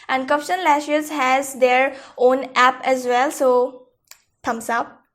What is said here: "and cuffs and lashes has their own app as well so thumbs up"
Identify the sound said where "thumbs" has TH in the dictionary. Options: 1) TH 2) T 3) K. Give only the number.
2